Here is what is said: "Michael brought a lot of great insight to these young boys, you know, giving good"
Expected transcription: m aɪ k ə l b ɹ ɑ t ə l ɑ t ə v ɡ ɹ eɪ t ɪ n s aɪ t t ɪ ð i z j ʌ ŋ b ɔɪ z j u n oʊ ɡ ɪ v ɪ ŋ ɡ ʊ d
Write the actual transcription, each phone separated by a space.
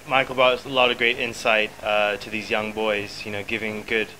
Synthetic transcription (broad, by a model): m aɪ k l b ɑ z ə l ɑ t ə v ɡ ɹ eɪ t ɪ n s aɪ t t ɪ ð i z j ʌ ŋ b ɔɪ z j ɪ n oʊ ɡ ɪ v ɪ ŋ ɡ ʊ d